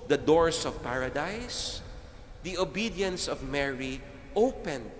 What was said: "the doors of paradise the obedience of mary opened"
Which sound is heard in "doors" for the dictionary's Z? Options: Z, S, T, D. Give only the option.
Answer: S